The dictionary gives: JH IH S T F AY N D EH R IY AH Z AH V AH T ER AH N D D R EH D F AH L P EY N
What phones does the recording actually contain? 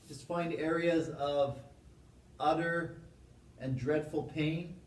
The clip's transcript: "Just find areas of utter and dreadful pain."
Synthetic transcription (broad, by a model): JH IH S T F AY N D EH R IY AH Z AH V AH T ER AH N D D R EH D F L P EY N